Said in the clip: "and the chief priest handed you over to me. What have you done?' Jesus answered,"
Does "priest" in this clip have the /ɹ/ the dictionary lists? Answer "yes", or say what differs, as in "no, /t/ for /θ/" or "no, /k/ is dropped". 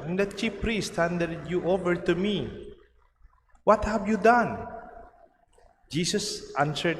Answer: yes